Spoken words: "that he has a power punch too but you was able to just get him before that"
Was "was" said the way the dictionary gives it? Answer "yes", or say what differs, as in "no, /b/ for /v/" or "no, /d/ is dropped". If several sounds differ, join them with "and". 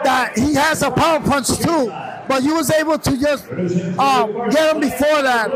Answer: yes